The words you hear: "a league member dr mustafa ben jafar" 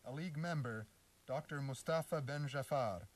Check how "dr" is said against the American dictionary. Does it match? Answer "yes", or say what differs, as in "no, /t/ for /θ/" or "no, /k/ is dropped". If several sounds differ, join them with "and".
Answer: yes